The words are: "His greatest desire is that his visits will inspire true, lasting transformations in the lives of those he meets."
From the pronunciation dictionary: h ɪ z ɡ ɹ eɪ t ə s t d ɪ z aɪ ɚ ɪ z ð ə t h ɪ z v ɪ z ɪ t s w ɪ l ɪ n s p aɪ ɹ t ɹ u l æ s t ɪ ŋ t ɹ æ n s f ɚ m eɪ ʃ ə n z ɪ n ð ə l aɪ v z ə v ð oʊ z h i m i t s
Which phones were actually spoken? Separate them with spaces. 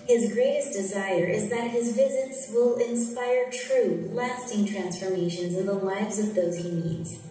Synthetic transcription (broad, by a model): h ɪ z ɡ ɹ eɪ t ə s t d ɪ z aɪ ɚ ɪ z ð ə t h ɪ z v ɪ z ɪ t s w ɪ l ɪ n s p aɪ ɹ t ɹ u l æ s t ɪ ŋ t ɹ æ n s f ɚ m eɪ ʃ ə n z ɪ n ð ə l aɪ v z ə v ð oʊ z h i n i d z